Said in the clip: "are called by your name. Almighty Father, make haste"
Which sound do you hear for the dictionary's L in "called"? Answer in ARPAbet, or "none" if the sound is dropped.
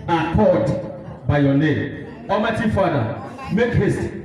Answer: none